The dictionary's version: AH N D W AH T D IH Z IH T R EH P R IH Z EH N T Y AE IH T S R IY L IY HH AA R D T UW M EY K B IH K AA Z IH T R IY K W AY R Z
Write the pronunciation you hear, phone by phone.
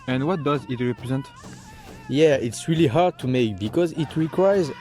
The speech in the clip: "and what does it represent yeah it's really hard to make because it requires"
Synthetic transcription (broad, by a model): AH N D W AH T D IH Z IH T R EH P R IH Z EH N T Y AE IH T S R IY L IY HH AA R D T UW M EY K B IH K AA Z IH T R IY K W AY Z